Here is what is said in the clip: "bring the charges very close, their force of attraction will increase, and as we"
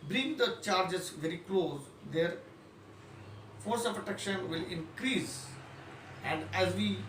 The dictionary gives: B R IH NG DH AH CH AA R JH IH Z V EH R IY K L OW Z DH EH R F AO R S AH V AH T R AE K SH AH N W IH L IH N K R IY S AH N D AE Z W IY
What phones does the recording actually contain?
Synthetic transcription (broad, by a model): B R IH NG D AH CH AA R JH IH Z V EH R IY K L OW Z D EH R F AO R S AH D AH T EH K SH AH N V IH L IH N K R IY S AH N D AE Z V IY